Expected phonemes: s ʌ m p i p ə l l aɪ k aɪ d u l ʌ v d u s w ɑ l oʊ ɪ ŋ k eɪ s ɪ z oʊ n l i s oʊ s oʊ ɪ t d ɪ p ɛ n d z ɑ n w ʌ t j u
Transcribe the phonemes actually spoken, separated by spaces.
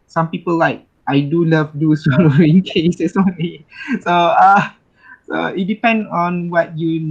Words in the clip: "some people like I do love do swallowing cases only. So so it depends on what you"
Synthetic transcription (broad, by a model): s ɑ m p i p ə l l aɪ k aɪ d u l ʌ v d u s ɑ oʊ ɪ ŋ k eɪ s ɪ s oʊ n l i s oʊ s oʊ ɪ t d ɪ p ɛ n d ɑ n w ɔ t j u